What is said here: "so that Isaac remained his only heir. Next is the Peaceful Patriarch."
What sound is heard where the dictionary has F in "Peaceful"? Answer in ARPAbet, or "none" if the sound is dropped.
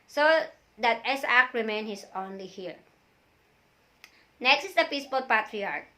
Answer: P